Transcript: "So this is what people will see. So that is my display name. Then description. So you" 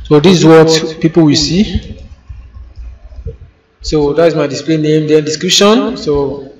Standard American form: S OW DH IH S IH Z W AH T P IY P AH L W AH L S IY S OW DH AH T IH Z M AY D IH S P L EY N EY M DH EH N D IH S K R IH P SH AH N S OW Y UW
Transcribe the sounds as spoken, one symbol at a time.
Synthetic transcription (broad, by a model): S OW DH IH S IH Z W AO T P IY P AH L W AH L S IY S OW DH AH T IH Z M AY D IH S P L EY N EY M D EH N D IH S K R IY P SH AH N S OW